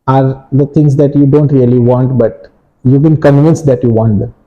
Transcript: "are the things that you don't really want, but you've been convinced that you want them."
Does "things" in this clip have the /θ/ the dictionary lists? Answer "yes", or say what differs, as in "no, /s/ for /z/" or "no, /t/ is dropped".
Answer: no, /t/ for /θ/